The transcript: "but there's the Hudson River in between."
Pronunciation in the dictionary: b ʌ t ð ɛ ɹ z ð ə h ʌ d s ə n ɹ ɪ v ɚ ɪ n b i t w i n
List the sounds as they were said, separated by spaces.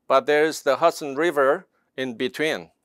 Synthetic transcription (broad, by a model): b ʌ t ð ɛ ɹ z ð ə h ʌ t s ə n ɹ ɪ v ɚ ɪ n b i t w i n